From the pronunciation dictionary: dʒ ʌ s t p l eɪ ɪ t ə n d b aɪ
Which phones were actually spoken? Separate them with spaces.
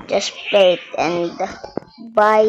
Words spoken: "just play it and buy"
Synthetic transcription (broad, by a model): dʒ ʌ s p eɪ ɪ t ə n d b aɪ